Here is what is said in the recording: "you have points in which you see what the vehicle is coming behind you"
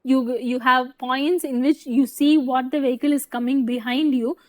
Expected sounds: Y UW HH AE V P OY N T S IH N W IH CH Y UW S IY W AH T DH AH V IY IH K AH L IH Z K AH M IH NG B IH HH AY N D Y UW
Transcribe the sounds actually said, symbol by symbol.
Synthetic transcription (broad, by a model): Y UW HH AE V P OY N T S IH N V IH CH Y UW S IY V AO T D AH V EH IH K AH L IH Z K AH M IH NG B IH HH AY N D Y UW